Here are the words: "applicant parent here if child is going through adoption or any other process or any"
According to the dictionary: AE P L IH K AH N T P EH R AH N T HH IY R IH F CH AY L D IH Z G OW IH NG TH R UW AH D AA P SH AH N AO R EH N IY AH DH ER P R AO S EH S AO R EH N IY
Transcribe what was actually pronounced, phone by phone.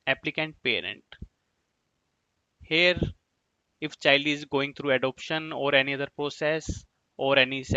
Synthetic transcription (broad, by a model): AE P L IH K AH N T P EH R AH N T HH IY R IH F CH AY L D IH Z G OW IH NG T R UW AH D AA P SH AH N AO R EH N IY AH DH ER P R AO S EH S AO R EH N IY